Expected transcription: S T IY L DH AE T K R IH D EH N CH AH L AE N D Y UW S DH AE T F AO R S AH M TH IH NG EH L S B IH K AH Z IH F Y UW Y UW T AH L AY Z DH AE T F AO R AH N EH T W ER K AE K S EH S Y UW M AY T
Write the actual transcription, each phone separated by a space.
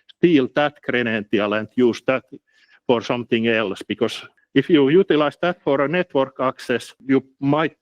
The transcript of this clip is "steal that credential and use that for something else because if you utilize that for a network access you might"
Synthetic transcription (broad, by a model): S T IY L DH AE T K R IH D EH N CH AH L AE N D Y UW S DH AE T F AO R S AH M TH IH NG EH L S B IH K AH S IH F Y UW Y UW T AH L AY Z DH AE T F AO R AH N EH T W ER K AE K S EH S Y UW M AY T